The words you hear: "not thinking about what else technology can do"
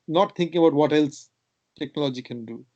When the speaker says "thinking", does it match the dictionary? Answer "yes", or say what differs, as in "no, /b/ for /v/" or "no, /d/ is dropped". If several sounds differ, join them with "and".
no, /t/ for /θ/